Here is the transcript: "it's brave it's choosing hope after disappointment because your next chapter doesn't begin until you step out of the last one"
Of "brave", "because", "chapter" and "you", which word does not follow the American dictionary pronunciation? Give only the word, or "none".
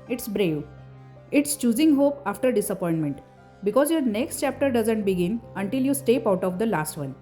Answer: none